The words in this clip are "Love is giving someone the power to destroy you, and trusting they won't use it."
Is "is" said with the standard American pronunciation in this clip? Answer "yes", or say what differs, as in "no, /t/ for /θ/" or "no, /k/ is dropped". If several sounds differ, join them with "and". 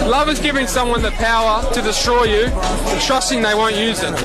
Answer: yes